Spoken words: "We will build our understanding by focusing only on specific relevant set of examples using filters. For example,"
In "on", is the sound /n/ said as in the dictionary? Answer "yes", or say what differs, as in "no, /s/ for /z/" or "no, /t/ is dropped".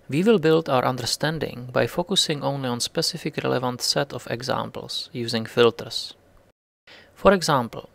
yes